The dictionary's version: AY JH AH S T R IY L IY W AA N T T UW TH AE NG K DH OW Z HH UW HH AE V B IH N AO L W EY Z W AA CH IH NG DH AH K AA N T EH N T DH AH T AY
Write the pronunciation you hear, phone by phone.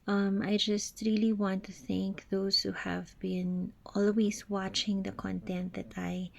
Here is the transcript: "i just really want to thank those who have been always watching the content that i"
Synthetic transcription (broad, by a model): AY JH AH S T R IY L IY W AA N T T UW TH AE NG K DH OW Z HH UW HH AE V B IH N AO L W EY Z W AA CH IH NG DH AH K AA N T EH N T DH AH T AY